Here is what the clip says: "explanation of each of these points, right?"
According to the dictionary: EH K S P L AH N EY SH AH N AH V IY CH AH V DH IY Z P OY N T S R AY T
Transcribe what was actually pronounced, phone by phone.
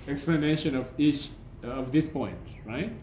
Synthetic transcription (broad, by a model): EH K S P L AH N EY SH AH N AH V IY CH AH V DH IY S P OY N T R AY T